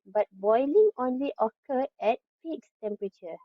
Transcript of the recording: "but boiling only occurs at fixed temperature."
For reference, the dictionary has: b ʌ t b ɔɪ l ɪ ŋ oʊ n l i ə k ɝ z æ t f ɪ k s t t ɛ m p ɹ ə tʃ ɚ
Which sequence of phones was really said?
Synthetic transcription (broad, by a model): b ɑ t b ɔɪ l ɪ ŋ oʊ n l i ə k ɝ ɛ t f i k s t t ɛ m p ɹ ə tʃ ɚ